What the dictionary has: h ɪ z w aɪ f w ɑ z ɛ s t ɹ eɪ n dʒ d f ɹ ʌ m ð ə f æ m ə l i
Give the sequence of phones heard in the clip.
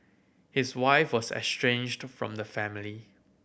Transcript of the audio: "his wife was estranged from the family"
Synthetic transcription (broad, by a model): h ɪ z w aɪ f w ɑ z ɛ s t ɹ eɪ n dʒ d f ɹ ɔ m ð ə f æ m ə l i